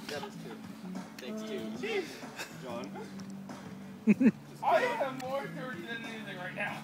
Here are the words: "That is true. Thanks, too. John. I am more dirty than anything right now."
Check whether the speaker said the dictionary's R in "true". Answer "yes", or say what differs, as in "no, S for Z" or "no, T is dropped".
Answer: no, R is dropped